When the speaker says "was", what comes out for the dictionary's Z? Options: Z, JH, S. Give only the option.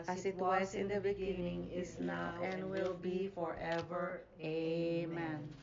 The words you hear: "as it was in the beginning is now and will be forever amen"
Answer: S